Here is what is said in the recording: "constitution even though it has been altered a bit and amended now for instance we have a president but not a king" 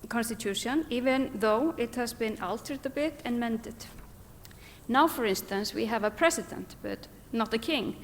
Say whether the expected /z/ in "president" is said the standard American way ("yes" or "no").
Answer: no